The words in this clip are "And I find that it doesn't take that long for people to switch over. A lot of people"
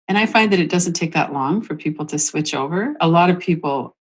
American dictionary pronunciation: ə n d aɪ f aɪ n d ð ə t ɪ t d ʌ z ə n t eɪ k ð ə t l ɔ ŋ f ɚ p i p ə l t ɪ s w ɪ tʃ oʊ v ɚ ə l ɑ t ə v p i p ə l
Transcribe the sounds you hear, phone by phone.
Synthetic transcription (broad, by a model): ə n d aɪ f aɪ n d ð ə t ɪ t d ʌ z ə n t eɪ k ð ə t l ɔ ŋ f ɚ p i p l t ɪ s w ɪ tʃ oʊ v ɚ ə l ɑ t ə v p i p l